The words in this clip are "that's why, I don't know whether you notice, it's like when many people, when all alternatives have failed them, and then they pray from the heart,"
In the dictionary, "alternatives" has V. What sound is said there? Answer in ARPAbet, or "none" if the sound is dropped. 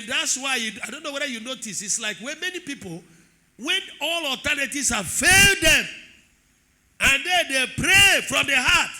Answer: none